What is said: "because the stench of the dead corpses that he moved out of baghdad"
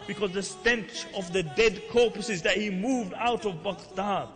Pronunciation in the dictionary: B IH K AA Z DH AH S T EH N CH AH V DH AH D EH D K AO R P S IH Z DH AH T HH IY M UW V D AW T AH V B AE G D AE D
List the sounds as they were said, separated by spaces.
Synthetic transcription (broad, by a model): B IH K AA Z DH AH S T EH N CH AH V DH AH D EH D K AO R P S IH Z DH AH T HH IY M UW V D AW T AH V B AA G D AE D